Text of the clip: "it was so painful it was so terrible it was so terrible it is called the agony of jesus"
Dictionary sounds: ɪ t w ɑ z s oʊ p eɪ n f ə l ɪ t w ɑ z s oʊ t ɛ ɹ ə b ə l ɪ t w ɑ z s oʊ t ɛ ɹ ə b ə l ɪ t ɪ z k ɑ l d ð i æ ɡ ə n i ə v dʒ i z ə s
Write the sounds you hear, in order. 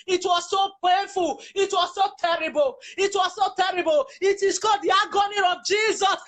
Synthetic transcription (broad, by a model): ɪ t w ɑ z s oʊ p eɪ n f ə l ɪ t w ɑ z s oʊ t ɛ ɹ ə b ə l ɪ t w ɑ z s oʊ t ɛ ɹ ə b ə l ɪ t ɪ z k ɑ d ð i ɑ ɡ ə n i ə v dʒ i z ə s